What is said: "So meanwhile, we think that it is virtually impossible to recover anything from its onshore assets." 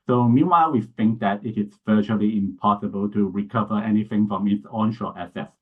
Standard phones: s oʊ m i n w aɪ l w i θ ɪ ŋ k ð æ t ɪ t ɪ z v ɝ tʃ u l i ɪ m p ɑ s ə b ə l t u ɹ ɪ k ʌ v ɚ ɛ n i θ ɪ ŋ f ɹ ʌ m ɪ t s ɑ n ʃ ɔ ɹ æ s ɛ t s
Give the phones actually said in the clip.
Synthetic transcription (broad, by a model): s oʊ m i n w aɪ l w i θ ɪ ŋ k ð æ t ɪ t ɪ s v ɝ tʃ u l i ɪ m p ɑ s ə b ə l t u ɹ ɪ k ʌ v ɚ ɛ n i θ ɪ ŋ f ɹ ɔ m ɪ t s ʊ n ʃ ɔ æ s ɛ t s